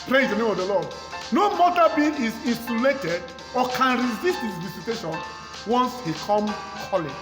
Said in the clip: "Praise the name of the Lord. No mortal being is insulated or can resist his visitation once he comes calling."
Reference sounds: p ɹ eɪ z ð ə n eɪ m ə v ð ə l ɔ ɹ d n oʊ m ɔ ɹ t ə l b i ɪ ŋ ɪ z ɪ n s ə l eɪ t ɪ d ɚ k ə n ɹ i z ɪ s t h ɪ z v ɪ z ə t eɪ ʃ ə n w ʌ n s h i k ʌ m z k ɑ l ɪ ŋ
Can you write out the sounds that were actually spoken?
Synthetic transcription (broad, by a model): p ɹ eɪ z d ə n eɪ m ə v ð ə l ɔ d n oʊ m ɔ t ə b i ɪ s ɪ n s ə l eɪ t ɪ d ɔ k ə n ɹ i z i s t h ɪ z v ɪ s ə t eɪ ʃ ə n w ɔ n s h i k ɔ m k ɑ l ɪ